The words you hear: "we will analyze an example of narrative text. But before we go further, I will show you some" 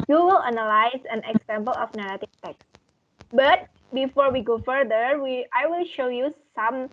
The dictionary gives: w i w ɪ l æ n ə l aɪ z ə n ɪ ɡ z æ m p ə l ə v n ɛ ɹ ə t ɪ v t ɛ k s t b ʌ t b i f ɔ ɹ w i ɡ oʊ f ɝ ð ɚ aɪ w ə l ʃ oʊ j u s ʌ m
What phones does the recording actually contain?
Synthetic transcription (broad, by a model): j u w ɪ l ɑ n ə l aɪ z ə n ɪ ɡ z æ m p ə l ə f n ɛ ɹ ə t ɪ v t ɛ k s t b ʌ t b i f ɔ ɹ w i ɡ oʊ f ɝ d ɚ aɪ w ə l ʃ oʊ j u s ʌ m